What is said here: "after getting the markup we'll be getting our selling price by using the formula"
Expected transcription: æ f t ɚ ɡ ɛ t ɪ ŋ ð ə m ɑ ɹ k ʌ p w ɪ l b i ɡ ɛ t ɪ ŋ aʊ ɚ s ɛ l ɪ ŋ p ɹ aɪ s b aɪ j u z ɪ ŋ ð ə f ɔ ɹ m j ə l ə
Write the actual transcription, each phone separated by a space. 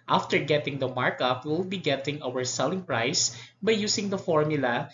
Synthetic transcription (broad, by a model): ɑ f t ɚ ɡ ɛ t ɪ ŋ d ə m ɑ ɹ k ʌ p w ɪ l b i ɡ ɛ t ɪ ŋ aʊ ɚ s ɛ l ɪ ŋ p ɹ aɪ s b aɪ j u s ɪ ŋ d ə f ɔ ɹ m j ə l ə